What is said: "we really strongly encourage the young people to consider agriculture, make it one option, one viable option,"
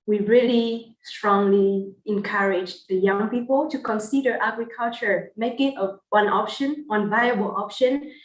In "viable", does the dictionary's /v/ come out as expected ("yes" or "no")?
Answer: yes